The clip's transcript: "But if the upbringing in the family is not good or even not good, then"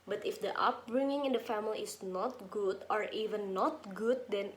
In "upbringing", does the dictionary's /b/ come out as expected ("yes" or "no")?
no